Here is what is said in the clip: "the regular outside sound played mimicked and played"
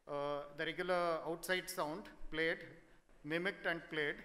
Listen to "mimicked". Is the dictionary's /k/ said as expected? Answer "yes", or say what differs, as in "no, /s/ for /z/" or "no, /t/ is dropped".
yes